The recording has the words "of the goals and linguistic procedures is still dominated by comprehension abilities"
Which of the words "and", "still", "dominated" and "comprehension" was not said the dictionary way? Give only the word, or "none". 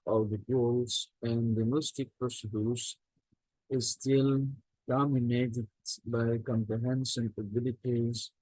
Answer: comprehension